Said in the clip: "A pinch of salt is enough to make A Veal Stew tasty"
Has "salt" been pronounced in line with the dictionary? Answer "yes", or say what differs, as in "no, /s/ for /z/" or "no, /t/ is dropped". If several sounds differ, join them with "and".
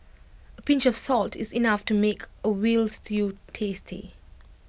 yes